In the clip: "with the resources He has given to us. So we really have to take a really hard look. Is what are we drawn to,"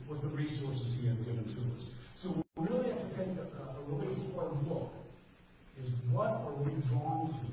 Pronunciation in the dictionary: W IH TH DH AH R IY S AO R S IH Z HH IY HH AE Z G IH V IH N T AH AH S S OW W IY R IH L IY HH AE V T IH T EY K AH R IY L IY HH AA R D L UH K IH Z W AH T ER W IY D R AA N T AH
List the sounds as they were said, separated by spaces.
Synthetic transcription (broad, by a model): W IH DH AH R IY S AO R S IH Z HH IY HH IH Z G IH V IH N T AH AH S S OW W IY R IH L IY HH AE F T IH T EY K AH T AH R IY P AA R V L UH K IH Z W AH T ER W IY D R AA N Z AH